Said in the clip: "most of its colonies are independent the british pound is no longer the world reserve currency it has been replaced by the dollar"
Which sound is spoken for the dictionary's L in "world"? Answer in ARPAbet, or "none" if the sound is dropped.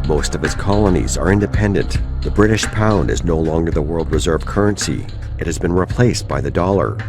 L